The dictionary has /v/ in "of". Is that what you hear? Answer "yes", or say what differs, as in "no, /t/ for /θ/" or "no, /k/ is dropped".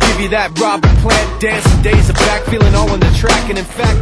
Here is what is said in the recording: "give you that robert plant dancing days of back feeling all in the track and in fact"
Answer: yes